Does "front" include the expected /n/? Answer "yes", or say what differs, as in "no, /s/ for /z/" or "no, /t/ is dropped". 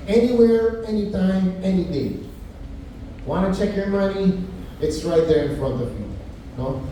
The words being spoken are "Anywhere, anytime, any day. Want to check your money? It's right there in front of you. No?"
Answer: yes